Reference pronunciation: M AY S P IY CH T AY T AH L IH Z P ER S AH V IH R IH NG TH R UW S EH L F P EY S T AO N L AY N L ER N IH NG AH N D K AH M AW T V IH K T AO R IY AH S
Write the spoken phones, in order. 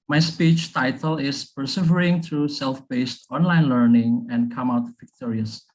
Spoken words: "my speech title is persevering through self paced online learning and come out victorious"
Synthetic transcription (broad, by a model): M AY S P IY CH T AY T AH L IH S P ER S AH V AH R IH NG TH R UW S EH L F B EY S T AO N L AY N L ER N IH NG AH N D K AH M AW T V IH K T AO R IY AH S